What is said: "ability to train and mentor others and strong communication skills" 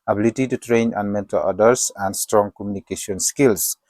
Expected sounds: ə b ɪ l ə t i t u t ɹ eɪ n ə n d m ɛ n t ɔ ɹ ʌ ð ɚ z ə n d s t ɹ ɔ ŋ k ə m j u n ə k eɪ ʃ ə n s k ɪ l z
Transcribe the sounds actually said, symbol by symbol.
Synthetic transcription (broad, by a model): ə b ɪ l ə t i t u t ɹ eɪ n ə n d m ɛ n t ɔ l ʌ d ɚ s ə n d s t ɹ ɔ ŋ k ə m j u n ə k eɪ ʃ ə n s k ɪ l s